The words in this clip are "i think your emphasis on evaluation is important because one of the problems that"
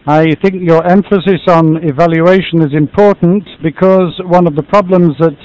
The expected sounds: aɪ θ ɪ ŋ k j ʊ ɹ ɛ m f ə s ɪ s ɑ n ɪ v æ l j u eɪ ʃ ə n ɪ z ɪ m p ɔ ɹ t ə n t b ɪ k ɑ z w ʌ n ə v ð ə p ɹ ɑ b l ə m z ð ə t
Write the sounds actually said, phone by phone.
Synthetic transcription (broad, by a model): aɪ θ ɪ ŋ k j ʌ ɹ ɛ m f ə s ɪ s n ɪ v æ l j u eɪ ʃ ə n ɪ z ɪ m p ɔ ɹ t n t b ɪ k ɑ z w ʌ n ə v ð ə p ɹ ɑ b l ə m z ð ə t